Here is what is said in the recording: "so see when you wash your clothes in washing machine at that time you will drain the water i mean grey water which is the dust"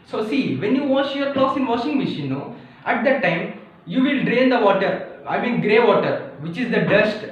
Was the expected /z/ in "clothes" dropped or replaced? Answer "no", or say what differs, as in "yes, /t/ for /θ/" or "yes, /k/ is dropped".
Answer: yes, /s/ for /z/